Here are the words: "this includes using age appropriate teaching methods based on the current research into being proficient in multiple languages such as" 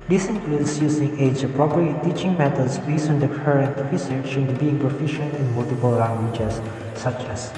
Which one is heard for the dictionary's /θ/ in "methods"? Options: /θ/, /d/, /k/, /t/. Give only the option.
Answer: /t/